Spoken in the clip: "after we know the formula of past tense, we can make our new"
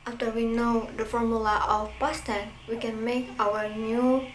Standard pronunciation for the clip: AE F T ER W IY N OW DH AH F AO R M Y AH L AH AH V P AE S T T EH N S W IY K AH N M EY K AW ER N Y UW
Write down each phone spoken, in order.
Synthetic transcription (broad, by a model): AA F T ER W IY N OW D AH F AO R M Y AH L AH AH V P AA S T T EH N W IY K AH N M EY K AW ER N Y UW